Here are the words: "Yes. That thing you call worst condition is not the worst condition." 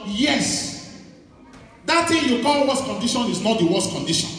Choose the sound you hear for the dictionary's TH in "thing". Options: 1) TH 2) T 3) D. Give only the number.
2